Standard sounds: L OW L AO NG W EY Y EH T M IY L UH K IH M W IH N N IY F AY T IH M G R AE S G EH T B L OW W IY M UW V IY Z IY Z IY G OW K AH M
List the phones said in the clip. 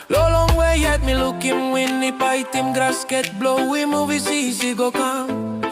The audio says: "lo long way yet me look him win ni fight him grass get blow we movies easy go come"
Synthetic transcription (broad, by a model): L OW L AO NG W EY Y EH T M IY L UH K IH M W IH N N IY P AY T IH M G R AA S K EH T B L OW W IY M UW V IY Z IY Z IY G OW K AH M